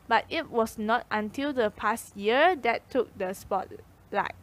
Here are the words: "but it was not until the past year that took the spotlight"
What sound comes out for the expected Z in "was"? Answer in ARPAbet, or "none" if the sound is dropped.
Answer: S